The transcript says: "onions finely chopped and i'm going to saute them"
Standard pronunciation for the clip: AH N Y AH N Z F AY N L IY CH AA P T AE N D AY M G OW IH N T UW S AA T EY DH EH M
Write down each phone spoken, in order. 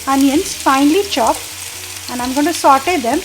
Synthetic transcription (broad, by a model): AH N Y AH N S F AY N L IY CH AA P AE N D AY M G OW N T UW S AA T EY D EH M